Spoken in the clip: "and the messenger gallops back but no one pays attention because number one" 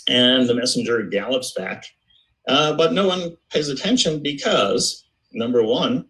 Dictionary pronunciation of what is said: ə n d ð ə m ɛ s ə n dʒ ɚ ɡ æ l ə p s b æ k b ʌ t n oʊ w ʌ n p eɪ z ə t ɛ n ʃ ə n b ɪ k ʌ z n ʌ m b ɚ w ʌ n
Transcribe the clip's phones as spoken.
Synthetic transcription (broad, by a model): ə n ð ə m ɛ s n dʒ ɚ ɡ æ l ə p s b æ k b ʌ t n oʊ w ʌ n p eɪ z ə t ɛ n ʃ ə n b ɪ k ʌ z n ʌ m b ɚ w ʌ n